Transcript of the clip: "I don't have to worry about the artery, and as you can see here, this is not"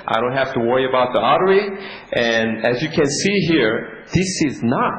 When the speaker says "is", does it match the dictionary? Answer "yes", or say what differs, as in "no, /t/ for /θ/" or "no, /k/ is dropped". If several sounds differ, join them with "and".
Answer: yes